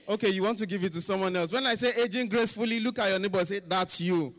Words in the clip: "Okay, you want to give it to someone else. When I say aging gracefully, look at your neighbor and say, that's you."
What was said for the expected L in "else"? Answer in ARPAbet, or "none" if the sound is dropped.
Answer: L